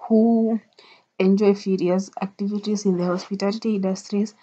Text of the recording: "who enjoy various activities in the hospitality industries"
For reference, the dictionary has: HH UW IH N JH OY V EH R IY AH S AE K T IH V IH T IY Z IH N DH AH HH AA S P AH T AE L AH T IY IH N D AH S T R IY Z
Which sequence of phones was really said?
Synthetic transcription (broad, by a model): HH UW IH N JH OY F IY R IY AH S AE K T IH V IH T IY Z IH N DH AH HH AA S P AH T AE L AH T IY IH N D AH S T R IY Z